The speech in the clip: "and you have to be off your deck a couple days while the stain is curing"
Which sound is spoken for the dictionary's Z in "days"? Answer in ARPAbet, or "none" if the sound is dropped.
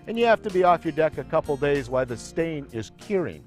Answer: Z